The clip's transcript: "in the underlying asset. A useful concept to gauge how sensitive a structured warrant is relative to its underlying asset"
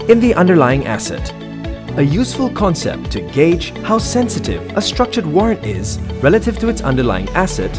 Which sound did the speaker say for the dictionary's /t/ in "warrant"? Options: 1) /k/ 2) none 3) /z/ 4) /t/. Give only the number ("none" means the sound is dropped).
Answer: 4